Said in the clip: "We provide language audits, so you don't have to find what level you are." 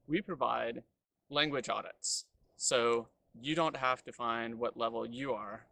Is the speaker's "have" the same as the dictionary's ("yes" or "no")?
no